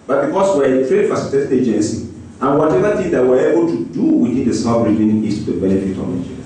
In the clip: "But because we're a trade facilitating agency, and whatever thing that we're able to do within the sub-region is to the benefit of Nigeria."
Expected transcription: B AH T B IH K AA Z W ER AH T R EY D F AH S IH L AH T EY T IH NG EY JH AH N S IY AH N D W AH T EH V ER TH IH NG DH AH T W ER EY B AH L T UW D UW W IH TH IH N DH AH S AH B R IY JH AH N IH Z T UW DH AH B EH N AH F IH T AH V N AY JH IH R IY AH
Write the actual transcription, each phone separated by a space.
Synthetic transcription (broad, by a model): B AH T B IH K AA S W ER AH T R EY D F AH S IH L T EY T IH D EY JH AH N S IY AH N W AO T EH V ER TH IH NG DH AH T W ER EY B AH L T UW D UW W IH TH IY N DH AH S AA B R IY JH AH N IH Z T UW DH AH B EH N AH F IH T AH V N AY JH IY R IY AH